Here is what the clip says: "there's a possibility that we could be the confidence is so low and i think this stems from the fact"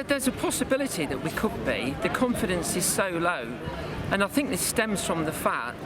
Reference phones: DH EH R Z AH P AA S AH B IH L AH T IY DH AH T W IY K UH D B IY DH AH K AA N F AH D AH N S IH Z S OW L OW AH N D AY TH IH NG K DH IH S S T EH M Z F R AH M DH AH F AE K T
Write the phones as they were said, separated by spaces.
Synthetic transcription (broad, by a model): DH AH Z AH P AA S AH B IH L AH T IY DH AH T W IY K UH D B IY DH AH K AA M F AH D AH N S IH Z S OW L OW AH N AY TH IH NG K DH IH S S T EH M Z F R AH M DH AH F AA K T